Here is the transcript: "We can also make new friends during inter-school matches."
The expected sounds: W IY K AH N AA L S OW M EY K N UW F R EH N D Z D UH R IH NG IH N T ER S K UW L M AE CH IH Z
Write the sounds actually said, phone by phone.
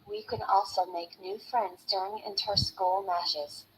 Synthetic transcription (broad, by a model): W IY K AH N AA L S OW M EY K N UW F R EH N D Z D UH R IH NG IH N T ER S K UW L M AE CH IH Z